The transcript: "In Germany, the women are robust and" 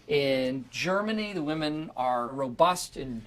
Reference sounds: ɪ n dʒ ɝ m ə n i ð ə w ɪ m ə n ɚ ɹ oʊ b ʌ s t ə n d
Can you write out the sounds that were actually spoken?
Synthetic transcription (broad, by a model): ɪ n dʒ ɝ m ə n i ð ə w ɪ m ə n ɚ ɹ oʊ b ʌ s t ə n